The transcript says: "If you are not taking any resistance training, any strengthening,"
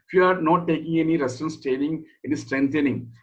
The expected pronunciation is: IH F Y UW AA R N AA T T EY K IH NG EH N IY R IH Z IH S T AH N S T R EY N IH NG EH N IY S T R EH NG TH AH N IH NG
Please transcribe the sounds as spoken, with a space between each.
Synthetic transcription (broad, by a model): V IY AA R N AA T T EY K IH NG EH N IY R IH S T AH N S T EY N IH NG EH N IY S T R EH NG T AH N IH NG